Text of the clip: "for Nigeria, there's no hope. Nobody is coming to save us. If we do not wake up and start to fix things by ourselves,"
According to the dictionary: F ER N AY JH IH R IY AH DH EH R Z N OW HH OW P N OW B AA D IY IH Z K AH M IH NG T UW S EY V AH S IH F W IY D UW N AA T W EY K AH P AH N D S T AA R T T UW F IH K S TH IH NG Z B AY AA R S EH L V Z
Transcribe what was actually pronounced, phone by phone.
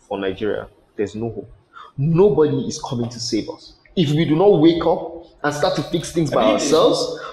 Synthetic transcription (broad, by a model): F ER N AY JH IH R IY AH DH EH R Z N OW HH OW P N OW B AA D IY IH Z K AH M IH NG T UW S EY V AH S IH F W IY D UW N AA T W EY K AH P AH N S T AA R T T UW F IH K S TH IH NG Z B AY AA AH S EH L V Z